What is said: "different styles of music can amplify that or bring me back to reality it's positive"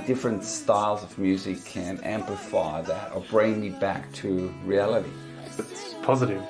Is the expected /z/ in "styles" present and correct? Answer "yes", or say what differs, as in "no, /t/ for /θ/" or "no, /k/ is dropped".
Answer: yes